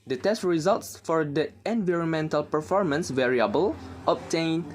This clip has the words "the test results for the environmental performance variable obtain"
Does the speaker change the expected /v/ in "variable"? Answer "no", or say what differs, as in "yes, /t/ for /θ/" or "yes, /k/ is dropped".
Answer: no